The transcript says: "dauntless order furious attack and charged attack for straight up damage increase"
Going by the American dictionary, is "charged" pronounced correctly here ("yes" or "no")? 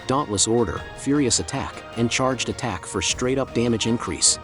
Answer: yes